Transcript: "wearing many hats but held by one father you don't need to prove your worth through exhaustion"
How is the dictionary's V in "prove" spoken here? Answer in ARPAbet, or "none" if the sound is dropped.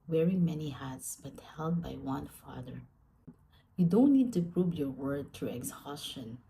B